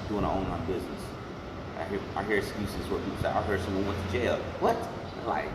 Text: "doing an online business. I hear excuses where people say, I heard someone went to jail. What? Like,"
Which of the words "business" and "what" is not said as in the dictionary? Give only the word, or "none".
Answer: none